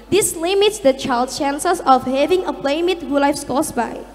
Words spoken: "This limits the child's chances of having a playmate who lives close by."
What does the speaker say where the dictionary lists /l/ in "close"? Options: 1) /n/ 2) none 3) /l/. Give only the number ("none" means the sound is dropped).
2